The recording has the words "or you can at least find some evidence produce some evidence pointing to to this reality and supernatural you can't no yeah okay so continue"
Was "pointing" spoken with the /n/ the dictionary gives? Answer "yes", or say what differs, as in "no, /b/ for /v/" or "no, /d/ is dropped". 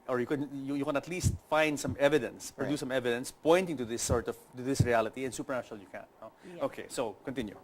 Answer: yes